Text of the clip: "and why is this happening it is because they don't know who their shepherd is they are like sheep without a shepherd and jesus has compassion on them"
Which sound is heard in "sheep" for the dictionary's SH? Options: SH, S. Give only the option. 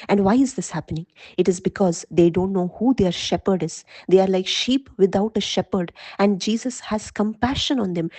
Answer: SH